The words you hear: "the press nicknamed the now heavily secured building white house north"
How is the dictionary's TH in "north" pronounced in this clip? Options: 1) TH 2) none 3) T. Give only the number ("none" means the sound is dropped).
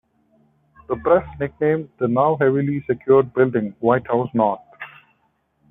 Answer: 3